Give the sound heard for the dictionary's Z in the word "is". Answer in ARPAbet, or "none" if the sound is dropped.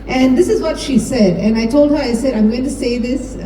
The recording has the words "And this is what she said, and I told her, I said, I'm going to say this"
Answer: Z